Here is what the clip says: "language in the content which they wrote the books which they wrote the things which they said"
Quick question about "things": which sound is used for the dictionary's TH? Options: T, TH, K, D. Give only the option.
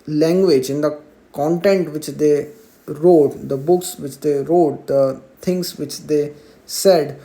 T